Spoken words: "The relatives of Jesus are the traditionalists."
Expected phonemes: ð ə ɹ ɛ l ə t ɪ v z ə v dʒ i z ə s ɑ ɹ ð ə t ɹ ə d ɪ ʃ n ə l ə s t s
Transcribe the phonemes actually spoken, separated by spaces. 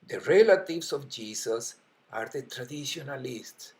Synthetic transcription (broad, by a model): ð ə ɹ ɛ l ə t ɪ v s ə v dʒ i s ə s ɑ ɹ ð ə t ɹ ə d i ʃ n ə l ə s t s